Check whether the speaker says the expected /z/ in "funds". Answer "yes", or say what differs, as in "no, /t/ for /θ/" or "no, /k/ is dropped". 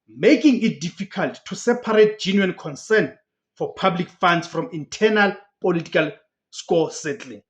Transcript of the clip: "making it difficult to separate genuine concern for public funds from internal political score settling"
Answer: no, /s/ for /z/